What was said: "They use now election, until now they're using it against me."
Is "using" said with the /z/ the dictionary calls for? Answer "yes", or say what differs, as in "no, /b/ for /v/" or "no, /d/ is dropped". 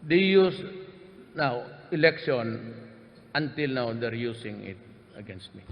no, /s/ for /z/